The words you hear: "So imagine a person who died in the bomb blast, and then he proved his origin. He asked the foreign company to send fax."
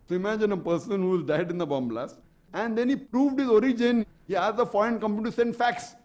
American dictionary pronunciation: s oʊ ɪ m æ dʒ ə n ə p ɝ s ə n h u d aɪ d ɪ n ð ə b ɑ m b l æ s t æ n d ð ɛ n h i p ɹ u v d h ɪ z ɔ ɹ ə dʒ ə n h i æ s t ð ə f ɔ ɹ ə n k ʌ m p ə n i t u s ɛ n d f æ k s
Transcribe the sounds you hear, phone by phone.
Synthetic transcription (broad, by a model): s oʊ ɪ m æ dʒ ə n ə p ɝ s ə n h u d aɪ d ɪ n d ə b ɑ m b l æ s æ n d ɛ n h i p ɹ u v d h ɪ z ɔ ɹ ə dʒ ə n h i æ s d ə f ɔ ɹ ə n k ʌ m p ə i t u s ɛ n d f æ k s